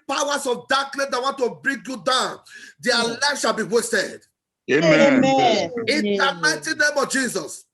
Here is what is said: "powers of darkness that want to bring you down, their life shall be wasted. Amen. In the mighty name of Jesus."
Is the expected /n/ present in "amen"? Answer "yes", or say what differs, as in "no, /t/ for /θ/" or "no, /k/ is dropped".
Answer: no, /n/ is dropped